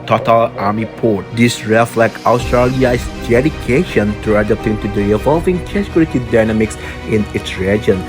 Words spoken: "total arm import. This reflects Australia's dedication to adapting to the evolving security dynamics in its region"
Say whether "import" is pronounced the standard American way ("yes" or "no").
no